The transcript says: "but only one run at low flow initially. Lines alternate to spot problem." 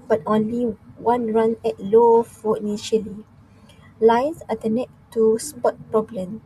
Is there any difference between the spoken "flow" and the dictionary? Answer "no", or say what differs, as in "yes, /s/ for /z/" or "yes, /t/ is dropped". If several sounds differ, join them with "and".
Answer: yes, /l/ is dropped